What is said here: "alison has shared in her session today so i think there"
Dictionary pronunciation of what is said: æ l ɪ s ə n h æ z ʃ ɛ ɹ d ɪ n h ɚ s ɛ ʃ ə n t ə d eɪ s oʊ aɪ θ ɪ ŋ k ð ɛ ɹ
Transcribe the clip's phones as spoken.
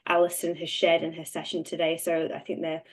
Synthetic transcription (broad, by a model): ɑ l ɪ s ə n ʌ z ʃ ɛ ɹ d ɪ n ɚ s ɛ ʃ ə n t ə d eɪ s oʊ aɪ θ ɪ ŋ k ð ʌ